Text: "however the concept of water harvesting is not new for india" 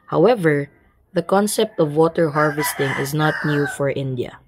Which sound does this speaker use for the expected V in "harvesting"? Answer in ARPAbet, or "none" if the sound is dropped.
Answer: V